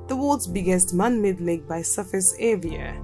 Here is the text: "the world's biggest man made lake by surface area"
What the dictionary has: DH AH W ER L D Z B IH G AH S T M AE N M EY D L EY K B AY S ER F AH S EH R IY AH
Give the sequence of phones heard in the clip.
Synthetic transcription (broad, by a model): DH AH W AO D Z B IH G AH S T M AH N M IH D L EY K B AY S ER F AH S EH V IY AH